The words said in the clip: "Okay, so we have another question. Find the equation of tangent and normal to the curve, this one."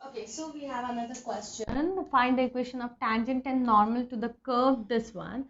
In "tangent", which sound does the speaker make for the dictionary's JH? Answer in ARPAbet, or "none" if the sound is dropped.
JH